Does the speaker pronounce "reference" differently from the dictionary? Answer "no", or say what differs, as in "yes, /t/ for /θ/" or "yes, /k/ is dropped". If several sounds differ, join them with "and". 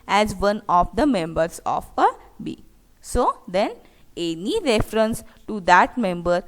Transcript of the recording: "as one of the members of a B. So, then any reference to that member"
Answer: no